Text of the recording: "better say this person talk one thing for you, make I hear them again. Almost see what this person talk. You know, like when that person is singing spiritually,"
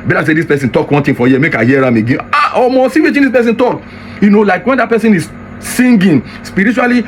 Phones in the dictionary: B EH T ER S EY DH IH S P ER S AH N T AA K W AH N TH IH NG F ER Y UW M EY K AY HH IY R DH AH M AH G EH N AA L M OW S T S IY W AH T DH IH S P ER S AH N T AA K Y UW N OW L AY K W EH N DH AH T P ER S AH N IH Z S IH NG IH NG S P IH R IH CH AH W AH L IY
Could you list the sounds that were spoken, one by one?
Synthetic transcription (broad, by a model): B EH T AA S EY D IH S P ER S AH N T AA K W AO N T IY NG F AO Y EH M EY K AY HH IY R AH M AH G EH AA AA M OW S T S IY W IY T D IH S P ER S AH N T AA K Y UW N OW L AY K W EH N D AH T P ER S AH N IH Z S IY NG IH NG S P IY R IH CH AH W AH L IY